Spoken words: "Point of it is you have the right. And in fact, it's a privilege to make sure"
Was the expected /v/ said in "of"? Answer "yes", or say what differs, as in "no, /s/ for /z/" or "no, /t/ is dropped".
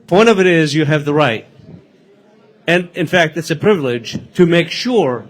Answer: yes